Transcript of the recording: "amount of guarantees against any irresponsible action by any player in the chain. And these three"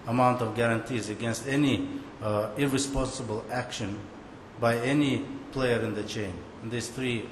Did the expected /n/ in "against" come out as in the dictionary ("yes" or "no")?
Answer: yes